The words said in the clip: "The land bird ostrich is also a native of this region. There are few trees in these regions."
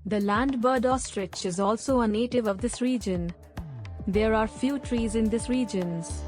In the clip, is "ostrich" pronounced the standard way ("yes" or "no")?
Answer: yes